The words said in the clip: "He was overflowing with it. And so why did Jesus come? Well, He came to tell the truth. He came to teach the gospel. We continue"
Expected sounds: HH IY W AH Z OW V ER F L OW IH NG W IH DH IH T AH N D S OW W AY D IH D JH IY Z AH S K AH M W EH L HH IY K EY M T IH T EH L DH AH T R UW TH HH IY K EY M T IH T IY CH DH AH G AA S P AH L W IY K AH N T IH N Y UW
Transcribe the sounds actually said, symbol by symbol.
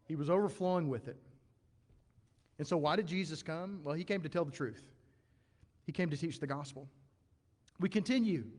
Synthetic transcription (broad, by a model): HH IY W AH Z OW V ER F L OW IH NG W IH DH IH T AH N S OW W AY D IH D JH IY Z AH S K AH M W EH L IY K EY M T IH T EH L DH AH T R UW TH HH IY K EY M T IH T IY CH DH AH G AA S P L W IY K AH N T IH N Y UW